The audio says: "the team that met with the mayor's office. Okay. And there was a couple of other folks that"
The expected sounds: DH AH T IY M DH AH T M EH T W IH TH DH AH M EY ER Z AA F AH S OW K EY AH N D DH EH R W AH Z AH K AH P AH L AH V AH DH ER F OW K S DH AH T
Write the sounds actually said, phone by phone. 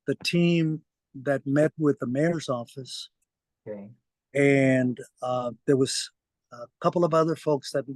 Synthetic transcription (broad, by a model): DH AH T IY M DH AH T M EH T W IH DH AH M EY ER Z AA F AH S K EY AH N DH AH R W AH Z K AH P L AH V AH DH ER F OW K S DH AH T